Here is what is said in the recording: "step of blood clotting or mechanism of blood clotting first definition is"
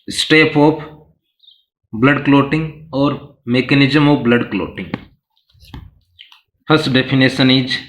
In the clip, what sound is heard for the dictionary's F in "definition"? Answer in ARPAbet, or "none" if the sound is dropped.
P